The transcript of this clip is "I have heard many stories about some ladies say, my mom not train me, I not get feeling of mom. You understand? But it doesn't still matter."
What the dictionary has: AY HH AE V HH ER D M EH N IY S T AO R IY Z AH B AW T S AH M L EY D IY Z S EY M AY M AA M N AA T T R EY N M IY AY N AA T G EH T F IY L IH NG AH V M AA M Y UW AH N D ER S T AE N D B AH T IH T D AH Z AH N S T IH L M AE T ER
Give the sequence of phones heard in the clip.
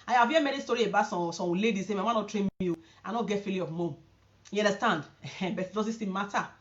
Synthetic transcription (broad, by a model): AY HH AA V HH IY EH M EH N IY S T AO R IY AH B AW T S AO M L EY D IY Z S EY M AY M AA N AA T T R EY N M IY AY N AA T G EH T F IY L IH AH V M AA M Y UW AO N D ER S T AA N D B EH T IH T D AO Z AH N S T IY M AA T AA